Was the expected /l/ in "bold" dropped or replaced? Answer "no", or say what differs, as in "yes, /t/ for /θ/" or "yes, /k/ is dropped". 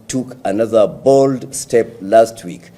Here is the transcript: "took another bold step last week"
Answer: no